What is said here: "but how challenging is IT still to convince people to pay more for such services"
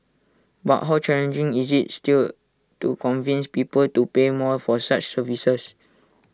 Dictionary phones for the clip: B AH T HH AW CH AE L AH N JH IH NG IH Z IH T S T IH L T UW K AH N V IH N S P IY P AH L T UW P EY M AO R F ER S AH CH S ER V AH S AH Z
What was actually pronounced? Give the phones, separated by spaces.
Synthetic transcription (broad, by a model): B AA T HH AW CH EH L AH N JH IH NG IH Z IH T S T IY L T UW K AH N V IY N S P IY P AH L T UW P EY M AO L F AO S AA CH S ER V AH S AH S